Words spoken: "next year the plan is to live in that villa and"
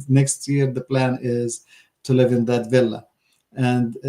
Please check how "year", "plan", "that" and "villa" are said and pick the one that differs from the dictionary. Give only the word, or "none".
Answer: none